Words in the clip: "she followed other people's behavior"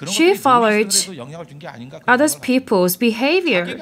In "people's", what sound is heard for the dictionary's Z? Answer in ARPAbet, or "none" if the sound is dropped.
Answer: Z